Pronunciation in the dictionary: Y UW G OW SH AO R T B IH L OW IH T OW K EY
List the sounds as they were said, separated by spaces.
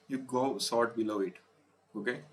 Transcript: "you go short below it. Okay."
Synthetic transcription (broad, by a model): Y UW G OW S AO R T B IH L OW IH T OW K EY